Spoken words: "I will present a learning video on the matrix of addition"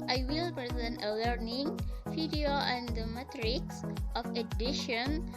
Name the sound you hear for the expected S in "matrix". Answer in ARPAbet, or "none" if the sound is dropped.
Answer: S